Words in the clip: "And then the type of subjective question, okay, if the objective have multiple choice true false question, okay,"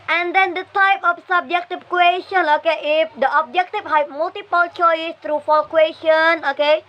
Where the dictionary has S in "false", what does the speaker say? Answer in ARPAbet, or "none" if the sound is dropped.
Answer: none